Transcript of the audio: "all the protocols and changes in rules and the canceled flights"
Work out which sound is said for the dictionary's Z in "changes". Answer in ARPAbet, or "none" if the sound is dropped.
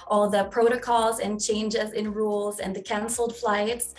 Z